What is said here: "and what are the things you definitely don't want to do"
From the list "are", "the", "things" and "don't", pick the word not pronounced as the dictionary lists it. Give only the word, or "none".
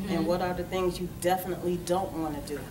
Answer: none